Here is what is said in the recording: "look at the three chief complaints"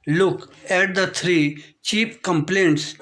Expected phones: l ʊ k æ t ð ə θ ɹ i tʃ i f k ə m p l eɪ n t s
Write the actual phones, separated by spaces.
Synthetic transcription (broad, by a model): l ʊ k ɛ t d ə t ɹ i tʃ i p k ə m p l eɪ n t s